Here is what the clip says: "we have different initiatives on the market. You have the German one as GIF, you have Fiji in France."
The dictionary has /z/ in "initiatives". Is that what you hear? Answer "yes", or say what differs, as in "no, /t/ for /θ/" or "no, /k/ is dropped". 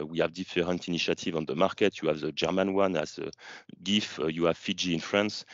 no, /z/ is dropped